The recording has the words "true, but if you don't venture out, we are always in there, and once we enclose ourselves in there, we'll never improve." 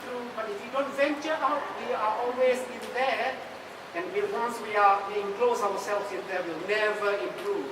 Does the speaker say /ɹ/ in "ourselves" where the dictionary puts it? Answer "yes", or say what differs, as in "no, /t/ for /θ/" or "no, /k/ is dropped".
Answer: no, /w/ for /ɹ/